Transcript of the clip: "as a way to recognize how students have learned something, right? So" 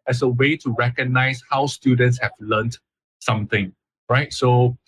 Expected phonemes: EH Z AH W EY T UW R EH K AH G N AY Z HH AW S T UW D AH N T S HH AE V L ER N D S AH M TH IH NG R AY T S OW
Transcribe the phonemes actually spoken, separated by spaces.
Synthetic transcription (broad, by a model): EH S AH W EY T UW R EH K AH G N AY S HH AW S T UW D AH N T S HH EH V L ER N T S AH M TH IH NG R AY T S OW